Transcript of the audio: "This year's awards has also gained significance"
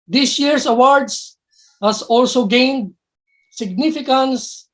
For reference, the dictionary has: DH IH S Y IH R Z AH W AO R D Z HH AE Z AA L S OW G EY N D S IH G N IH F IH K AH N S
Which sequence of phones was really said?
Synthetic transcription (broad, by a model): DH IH S Y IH R S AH W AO R D S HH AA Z AA L S OW G EY N D S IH G N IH F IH K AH N S